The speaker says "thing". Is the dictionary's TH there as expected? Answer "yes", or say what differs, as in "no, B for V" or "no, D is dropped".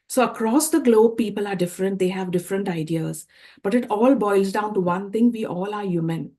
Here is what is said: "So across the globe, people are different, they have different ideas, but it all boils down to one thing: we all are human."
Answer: no, T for TH